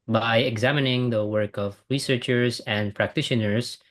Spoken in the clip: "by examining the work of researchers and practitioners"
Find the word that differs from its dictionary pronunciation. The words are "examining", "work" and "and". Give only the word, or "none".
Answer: none